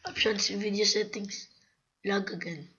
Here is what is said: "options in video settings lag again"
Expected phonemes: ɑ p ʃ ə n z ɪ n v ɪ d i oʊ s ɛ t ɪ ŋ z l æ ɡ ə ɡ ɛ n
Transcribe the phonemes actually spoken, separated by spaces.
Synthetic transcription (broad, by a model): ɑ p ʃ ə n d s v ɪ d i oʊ s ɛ t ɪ ŋ s l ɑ ɡ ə ɡ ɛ n